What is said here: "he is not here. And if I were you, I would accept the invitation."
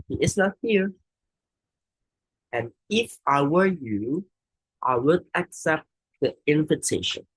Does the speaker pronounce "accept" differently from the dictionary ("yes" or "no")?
no